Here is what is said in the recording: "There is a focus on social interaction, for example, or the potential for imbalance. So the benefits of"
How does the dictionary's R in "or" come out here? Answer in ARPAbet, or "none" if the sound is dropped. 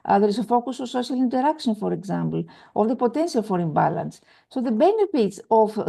L